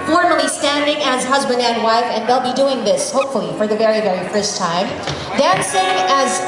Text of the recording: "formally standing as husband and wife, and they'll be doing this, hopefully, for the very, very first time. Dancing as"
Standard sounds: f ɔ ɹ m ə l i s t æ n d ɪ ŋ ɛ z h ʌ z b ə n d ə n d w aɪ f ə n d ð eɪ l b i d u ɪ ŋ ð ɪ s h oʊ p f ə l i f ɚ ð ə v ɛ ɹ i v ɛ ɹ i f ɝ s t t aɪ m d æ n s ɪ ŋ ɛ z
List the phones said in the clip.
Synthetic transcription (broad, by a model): f ɔ ɹ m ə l i s t æ n d ɪ ŋ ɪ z h ʌ z b ə n d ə n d w aɪ f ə n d ð eɪ l b i d u ɪ ŋ ð ɪ s h oʊ p f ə l i f ɚ ð ə v ɛ ɹ i v ɛ ɹ i f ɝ s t t aɪ m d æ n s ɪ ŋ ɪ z